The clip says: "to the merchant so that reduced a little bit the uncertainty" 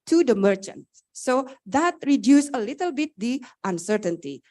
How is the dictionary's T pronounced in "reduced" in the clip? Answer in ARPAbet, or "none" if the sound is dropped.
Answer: none